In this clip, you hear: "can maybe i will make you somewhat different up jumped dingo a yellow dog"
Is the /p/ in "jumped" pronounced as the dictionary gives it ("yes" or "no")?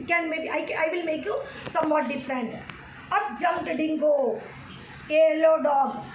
no